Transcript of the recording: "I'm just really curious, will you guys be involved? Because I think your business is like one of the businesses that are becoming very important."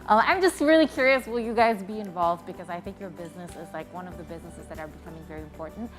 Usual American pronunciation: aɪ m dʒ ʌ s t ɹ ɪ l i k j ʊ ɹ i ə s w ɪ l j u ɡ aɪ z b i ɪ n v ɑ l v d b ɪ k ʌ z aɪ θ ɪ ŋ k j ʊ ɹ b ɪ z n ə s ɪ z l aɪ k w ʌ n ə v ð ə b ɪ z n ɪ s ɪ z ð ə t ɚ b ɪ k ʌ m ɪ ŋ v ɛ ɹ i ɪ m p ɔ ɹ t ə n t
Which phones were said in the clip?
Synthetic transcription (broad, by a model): aɪ m dʒ ʌ s t ɹ ɪ l i k j ʊ ɹ i ə s w ɪ l j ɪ ɡ aɪ z b i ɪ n v ɑ l v d b ɪ k ʌ z aɪ θ ɪ ŋ k j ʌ ɹ b ɪ z n ə s ɪ z l aɪ k w ʌ n ə v ð ə b ɪ z n ɪ s ɪ z ð ə t ɚ b ɪ k ʌ m ɪ ŋ v ɛ ɹ i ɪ m p ɔ ɹ t n t